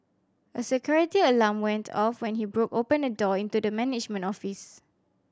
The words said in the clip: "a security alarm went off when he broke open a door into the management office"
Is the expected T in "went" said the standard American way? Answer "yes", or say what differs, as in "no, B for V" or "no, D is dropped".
yes